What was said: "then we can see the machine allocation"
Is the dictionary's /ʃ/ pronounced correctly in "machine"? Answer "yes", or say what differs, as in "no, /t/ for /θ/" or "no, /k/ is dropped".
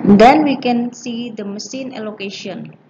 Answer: no, /s/ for /ʃ/